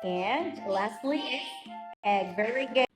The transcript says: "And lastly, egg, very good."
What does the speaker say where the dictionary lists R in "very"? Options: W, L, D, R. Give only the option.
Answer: R